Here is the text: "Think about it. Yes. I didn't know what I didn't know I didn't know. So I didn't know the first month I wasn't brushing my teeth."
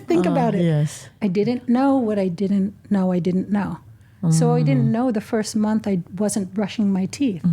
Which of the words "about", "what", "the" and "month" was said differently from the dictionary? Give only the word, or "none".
none